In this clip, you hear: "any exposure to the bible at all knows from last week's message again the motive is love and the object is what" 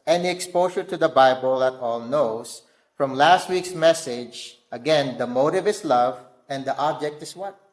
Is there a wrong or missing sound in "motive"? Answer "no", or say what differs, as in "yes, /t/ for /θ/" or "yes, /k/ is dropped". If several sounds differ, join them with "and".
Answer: no